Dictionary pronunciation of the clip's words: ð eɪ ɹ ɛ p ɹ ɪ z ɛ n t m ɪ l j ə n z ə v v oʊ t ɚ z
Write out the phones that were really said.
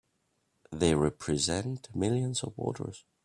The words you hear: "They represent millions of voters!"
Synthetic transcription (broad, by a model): ð eɪ ɹ ɛ p ɹ ɪ z ɛ n t m ɪ l j ə n z ə v w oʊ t ɚ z